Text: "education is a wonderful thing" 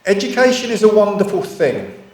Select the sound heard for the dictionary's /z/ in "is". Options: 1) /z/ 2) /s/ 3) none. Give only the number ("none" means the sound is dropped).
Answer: 1